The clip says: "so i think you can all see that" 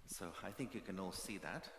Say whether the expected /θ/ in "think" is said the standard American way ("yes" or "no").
yes